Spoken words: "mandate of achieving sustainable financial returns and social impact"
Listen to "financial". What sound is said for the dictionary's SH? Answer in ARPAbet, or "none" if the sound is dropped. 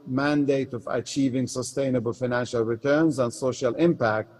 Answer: SH